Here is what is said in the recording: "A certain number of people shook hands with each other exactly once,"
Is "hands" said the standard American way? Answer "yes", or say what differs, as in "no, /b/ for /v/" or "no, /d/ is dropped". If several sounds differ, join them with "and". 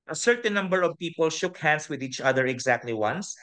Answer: no, /s/ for /z/